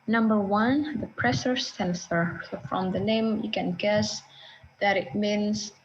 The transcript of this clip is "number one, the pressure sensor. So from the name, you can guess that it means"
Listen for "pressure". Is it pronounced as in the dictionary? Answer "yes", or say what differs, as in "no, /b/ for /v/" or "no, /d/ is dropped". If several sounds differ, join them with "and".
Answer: no, /s/ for /ʃ/